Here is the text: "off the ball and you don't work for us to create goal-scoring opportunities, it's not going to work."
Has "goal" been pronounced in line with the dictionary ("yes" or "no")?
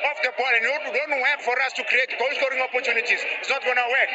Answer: no